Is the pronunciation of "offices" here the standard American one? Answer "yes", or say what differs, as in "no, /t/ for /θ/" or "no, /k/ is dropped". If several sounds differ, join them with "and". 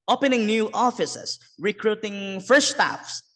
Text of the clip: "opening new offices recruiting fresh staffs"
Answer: no, /s/ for /z/